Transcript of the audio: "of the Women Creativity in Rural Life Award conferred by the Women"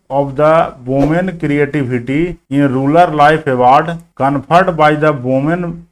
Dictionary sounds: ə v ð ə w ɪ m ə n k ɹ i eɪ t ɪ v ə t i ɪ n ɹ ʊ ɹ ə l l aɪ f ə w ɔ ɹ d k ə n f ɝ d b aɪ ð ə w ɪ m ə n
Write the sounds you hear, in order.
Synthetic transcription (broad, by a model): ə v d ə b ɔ m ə n k ɹ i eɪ t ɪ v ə t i ɪ n ɹ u l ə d l aɪ p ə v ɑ ɹ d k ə n p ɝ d b aɪ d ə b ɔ m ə n